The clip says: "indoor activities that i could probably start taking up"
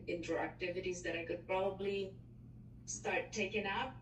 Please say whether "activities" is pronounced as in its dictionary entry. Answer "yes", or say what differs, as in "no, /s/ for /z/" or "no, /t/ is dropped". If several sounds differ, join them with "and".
yes